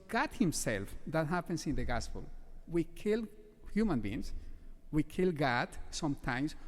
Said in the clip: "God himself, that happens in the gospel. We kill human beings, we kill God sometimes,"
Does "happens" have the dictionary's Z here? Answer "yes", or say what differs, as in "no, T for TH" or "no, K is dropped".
no, S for Z